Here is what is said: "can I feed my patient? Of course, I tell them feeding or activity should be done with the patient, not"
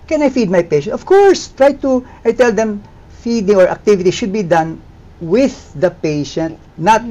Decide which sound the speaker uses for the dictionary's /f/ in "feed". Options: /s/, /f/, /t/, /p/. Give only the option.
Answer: /f/